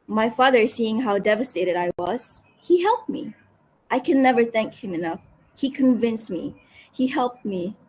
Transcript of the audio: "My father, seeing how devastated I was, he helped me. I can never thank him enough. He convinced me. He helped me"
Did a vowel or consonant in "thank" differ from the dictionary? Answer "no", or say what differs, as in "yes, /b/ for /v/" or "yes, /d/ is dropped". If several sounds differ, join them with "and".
no